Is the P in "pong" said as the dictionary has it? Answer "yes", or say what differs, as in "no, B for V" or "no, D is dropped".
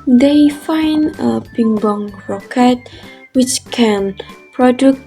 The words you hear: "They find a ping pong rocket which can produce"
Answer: no, B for P